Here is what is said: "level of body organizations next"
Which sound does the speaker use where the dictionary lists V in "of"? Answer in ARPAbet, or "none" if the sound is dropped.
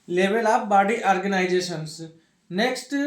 P